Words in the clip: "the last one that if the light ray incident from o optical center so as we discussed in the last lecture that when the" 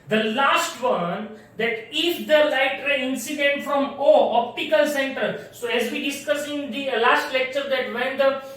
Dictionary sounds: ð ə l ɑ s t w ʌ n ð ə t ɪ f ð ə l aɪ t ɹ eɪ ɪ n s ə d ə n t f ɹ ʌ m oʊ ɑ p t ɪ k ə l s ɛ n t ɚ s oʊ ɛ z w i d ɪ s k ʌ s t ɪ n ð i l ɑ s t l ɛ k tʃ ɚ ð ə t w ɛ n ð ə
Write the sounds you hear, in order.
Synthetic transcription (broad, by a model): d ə l ɑ s t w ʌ n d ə t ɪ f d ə l aɪ t ɹ eɪ ɪ n s ə d ə n t f ɹ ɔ m oʊ ɑ p t ɪ k ə l s ɛ n t ɚ s oʊ ɛ z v i d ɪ s k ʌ s ɪ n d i l ɑ s t l ɛ k tʃ ɚ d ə t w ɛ n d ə